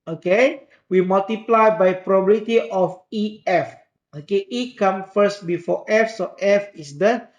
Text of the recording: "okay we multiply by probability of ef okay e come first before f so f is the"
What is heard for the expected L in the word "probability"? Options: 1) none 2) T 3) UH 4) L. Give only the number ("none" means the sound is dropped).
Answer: 1